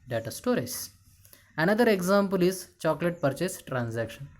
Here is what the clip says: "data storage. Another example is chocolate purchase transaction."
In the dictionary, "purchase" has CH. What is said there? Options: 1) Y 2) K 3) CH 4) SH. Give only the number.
3